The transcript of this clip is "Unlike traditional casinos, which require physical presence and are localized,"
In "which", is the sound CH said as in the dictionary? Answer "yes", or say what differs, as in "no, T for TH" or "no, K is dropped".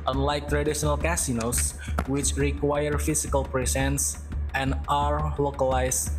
yes